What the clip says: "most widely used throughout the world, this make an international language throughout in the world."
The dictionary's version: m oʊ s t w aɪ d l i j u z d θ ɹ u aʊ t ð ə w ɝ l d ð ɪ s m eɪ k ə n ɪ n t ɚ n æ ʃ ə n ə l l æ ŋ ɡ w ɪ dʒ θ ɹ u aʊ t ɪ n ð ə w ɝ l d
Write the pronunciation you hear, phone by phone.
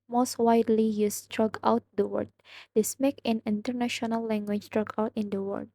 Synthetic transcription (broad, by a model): m oʊ s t w aɪ d l i j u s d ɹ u aʊ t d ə w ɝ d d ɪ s m eɪ k ə n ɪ n t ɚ n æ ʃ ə n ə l l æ ŋ ɡ w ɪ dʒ t ɹ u aʊ t ɪ n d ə w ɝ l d